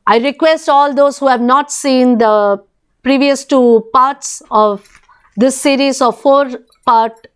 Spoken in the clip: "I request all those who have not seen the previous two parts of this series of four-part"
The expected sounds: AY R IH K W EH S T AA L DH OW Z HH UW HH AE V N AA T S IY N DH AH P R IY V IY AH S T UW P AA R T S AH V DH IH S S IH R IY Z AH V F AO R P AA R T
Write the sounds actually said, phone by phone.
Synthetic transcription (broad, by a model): AY R IH K W EH S T AA L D OW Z HH UW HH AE V N AA T S IY N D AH P R IY V IY AH S T UW P AA R T S AH V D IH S S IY R IY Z AH V F AO R P AA R T